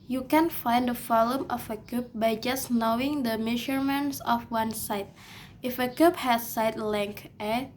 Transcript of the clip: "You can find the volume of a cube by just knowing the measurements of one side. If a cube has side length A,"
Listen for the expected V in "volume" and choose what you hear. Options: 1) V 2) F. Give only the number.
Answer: 2